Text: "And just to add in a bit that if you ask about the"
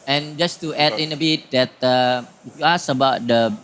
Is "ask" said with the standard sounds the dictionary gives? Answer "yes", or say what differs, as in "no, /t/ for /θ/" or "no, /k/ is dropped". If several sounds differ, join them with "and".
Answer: no, /k/ is dropped